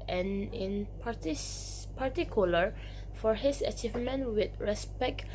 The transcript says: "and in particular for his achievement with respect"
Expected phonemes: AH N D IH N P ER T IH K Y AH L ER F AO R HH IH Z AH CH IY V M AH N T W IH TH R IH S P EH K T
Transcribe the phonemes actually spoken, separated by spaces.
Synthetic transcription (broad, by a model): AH N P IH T P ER T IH K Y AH L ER F AO R HH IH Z AH CH IY V M AH N T W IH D R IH S P EH K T